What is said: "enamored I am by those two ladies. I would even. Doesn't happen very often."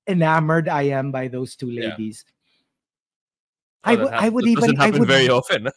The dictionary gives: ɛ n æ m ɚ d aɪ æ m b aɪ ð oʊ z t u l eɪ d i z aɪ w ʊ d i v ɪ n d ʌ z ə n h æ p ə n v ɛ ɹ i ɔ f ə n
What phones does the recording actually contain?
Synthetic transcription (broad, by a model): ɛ n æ m ɚ d aɪ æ m b aɪ ð oʊ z t u l eɪ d i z aɪ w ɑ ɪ w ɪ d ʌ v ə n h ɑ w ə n v ɛ ɹ i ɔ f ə n